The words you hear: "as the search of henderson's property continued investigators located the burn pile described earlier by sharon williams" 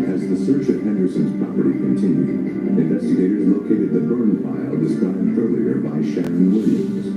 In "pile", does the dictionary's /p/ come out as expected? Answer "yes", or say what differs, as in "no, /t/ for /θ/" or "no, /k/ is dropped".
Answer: no, /f/ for /p/